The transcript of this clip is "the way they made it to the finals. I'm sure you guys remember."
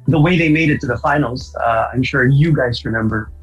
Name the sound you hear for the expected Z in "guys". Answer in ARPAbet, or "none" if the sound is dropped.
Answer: Z